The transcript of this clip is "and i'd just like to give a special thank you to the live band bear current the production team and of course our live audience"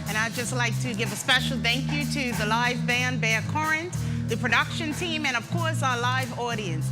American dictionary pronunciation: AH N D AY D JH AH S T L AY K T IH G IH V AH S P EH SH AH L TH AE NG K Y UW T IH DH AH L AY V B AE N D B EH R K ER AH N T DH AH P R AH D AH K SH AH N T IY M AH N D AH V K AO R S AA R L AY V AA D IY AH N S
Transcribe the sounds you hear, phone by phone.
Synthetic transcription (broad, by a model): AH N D AY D JH AH S T L AY K T IH G IH V AH S P EH SH L TH AE NG K Y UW T IH DH AH L AY V B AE N B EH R K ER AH N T DH AH P R AH D AH K SH AH N T IY M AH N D AH V K AO R S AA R L AY V AA D IY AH N S